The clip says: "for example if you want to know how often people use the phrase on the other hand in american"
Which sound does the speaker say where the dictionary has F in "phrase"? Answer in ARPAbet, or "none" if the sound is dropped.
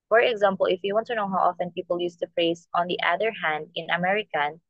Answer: P